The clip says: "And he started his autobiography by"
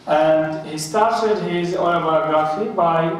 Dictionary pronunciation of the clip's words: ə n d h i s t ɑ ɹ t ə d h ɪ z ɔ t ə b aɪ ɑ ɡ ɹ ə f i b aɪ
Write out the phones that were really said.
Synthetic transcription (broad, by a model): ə n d h i s t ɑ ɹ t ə d h ɪ z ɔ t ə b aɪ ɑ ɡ ɹ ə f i b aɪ